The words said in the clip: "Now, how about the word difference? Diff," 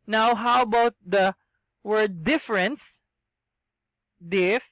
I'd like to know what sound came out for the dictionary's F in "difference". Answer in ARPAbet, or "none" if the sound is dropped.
F